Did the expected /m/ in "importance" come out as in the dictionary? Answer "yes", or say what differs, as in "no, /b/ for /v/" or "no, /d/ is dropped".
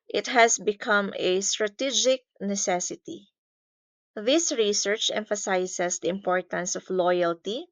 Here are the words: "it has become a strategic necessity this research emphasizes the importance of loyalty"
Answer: yes